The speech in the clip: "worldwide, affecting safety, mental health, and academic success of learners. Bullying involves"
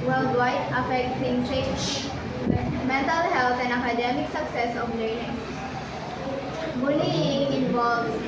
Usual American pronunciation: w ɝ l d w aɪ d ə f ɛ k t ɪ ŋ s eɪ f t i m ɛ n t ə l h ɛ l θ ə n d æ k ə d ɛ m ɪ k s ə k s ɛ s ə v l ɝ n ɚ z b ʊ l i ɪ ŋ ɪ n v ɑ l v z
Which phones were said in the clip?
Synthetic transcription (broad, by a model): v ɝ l d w aɪ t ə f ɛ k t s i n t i m ɛ n t ə l h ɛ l t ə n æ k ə d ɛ m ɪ k s ə k s ɛ s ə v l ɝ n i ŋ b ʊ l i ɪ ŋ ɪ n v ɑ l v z